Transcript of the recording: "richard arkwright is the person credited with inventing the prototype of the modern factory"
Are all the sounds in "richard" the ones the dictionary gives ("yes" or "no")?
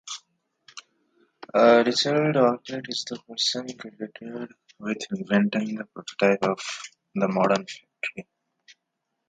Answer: no